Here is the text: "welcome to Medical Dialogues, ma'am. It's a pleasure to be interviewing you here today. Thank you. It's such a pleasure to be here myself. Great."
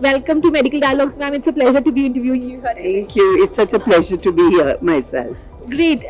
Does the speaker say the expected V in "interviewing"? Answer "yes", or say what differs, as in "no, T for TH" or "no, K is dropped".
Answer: yes